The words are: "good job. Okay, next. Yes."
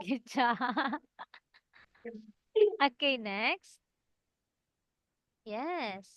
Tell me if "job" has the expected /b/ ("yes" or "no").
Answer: no